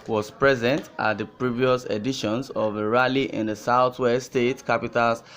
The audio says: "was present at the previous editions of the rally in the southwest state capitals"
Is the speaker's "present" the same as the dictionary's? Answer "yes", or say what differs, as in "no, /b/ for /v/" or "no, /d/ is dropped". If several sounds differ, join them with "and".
yes